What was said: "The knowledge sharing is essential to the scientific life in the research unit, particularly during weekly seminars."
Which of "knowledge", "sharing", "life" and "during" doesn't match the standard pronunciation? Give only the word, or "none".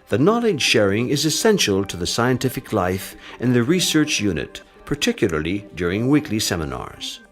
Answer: none